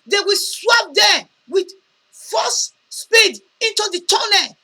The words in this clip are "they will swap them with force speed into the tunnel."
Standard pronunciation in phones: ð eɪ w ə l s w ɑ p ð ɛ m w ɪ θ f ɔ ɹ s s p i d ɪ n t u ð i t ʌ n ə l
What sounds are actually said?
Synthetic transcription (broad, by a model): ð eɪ w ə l s w ɑ p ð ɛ w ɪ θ f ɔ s s p i d ɪ n t u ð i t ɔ n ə